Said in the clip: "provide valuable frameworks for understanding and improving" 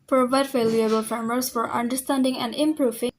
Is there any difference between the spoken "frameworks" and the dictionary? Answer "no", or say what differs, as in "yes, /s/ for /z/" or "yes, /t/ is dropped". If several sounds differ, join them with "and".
yes, /k/ is dropped